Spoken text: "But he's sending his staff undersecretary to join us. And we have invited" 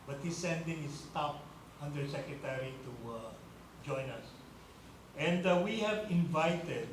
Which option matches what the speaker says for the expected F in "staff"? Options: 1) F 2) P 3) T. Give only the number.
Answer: 2